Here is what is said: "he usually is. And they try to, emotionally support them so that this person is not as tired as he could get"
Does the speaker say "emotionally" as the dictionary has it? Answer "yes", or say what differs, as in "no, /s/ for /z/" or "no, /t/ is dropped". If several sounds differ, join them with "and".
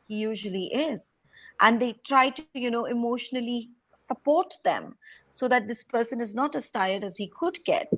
yes